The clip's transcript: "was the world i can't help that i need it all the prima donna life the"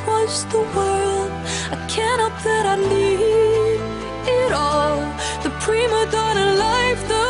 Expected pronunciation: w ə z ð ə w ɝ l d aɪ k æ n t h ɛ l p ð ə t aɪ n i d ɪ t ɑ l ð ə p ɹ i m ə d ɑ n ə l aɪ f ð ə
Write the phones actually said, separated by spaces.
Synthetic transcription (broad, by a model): w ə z ð ə w ɝ l d aɪ k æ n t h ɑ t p ð ə t aɪ l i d ɪ t ɑ l ð ə p ɹ i m ə d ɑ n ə l aɪ f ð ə